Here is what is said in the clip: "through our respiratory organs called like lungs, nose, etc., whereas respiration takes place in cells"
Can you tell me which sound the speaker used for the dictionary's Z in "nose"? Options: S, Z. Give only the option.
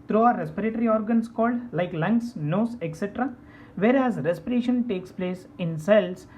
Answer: S